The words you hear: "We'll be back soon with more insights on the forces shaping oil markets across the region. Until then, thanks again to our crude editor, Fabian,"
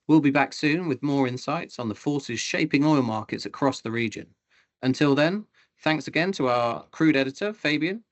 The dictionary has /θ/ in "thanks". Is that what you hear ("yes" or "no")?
yes